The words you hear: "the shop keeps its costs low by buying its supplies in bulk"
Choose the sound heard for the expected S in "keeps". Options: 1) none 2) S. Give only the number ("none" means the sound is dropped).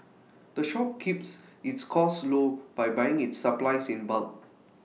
2